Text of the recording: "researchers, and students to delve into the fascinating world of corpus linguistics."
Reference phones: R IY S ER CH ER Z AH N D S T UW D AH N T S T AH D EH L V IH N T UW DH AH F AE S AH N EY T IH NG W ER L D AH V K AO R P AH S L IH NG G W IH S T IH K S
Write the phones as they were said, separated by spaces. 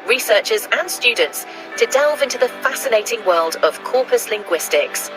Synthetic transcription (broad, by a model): R IY S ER CH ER Z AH N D S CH UW D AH N T S T AH D EH L V IH N T UW DH AH F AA S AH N EY T IH NG W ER L D AH V K AO P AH S L IH NG G W IH S T IH K S